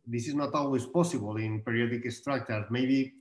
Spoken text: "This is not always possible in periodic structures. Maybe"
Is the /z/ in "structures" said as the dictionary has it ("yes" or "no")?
no